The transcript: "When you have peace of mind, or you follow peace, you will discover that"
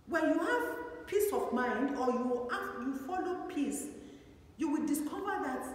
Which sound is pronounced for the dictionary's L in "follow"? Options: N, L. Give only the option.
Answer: L